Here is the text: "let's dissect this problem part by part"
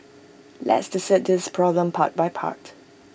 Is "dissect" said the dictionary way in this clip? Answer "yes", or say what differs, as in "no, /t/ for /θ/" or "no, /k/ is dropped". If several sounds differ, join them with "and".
no, /k/ is dropped